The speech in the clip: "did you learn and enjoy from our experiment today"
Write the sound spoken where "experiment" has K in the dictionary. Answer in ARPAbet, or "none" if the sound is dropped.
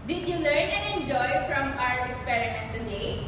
none